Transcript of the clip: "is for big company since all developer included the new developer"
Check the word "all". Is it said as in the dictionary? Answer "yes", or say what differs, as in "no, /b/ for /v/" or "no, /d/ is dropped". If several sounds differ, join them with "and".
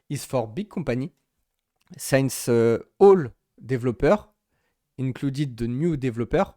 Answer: yes